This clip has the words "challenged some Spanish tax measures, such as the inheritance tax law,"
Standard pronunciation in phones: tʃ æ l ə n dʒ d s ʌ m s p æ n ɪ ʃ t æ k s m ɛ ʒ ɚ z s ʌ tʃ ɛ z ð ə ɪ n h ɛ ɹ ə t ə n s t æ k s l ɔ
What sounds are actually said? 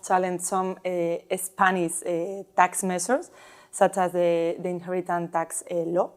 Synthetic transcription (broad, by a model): tʃ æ l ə n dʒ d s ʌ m s p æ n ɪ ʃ t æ k s m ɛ s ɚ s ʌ tʃ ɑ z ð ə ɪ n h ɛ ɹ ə t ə n t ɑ k s l ɔ